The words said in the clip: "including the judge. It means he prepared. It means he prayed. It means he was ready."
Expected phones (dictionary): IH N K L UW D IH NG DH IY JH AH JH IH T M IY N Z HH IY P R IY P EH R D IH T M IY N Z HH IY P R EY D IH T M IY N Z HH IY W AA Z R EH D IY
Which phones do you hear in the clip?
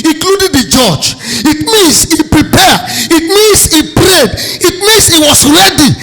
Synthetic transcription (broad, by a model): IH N K L UW D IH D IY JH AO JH IH T M IY N S HH IY P R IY P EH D IH T M IY N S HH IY P R EY D IH T M IY N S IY W AA S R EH D IY